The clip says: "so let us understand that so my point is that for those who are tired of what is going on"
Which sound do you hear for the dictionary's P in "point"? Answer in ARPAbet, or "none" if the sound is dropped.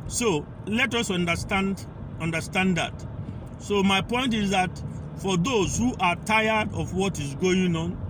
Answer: P